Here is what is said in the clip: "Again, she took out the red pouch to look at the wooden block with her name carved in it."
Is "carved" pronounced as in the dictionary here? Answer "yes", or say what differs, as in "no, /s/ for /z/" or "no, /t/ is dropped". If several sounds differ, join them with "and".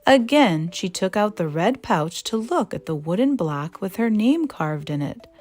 yes